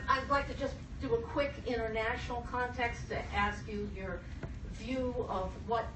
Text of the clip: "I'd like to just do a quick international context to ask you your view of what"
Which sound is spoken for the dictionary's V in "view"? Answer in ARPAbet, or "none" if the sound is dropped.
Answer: V